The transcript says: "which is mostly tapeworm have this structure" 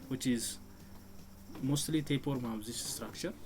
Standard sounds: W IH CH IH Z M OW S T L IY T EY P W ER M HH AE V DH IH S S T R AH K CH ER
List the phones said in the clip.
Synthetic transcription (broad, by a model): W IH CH IH Z M OW S T L IY T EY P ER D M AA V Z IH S S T R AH K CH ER